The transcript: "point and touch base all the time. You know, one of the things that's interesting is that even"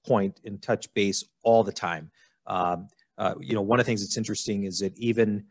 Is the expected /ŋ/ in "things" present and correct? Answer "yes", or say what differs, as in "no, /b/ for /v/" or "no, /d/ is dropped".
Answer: yes